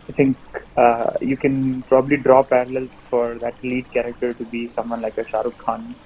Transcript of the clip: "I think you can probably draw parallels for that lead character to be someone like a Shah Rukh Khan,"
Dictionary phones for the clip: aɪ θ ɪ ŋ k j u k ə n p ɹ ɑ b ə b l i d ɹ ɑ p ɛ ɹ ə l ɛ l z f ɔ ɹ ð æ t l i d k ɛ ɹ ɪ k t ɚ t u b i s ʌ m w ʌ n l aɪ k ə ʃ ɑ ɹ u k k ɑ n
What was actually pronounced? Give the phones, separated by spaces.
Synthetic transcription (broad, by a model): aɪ t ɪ ŋ k j u k ə n p ɹ ɑ b ə b l i d ɹ ɑ p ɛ ɹ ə l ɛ l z f ɔ ɹ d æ t l i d k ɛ ɹ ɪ k t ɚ t u b i s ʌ m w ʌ n l aɪ k ə ʃ ɑ ɹ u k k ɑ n